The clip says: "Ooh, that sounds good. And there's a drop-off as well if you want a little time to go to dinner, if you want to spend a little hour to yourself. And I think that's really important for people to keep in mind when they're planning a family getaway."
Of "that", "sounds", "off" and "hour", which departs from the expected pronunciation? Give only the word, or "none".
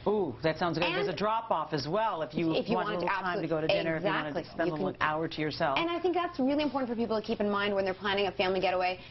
none